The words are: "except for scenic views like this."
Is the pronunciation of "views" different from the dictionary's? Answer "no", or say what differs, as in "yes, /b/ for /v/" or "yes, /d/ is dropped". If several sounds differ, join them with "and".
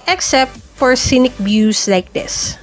yes, /b/ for /v/ and /s/ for /z/